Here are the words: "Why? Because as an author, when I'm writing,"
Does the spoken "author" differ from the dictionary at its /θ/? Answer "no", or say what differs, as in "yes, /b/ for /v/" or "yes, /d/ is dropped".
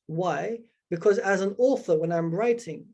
no